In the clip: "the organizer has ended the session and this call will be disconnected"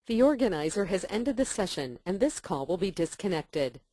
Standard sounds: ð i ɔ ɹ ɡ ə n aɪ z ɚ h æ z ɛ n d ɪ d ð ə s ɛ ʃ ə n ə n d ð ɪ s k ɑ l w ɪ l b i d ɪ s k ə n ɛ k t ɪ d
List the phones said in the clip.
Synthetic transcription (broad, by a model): ð i ɔ ɹ ɡ ə n aɪ z ɚ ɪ z ɛ n d ɪ d ð ə s ɛ ʃ ə n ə n ð ɪ s k ɑ l w ɪ l b i d ɪ s k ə n ɛ k t ɪ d